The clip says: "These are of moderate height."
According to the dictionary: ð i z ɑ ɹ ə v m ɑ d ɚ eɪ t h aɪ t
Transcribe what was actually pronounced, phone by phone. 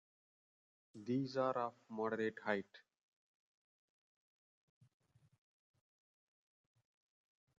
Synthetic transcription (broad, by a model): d i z ɑ ɹ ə f m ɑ d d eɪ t h aɪ t